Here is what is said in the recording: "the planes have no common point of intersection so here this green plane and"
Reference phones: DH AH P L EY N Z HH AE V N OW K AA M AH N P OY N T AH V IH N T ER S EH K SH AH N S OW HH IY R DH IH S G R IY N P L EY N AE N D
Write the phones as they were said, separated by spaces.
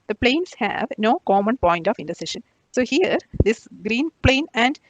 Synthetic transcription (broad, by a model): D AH P L EY N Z HH AE V N OW K AA M AH N P OY N T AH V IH N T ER S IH SH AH N S OW HH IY R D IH S G R IY N P L EY N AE N D